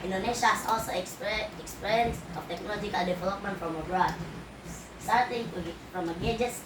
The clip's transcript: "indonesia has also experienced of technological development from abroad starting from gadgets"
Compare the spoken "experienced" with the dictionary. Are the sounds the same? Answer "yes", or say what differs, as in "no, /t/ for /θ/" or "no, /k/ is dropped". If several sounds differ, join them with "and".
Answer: no, /ɹ/ is dropped